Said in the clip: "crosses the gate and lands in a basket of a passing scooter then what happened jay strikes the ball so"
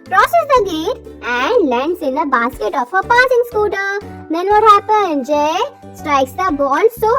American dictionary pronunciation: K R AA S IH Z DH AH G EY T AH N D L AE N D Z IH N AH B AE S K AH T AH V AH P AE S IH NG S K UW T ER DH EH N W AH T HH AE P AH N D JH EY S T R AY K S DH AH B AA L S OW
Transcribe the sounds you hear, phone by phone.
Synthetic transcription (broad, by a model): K R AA S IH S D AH G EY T AH N D L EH N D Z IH N AH B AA S K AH T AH F AH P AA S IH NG S K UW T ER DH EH N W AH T HH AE P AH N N JH EY S T R AY K S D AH B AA N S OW